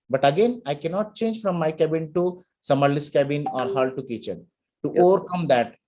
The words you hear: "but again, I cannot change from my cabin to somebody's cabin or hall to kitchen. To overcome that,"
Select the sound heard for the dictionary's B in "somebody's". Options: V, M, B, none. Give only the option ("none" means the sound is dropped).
none